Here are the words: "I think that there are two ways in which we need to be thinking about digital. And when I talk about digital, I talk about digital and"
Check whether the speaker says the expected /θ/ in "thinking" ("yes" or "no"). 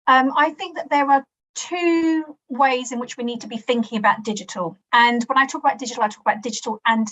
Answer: yes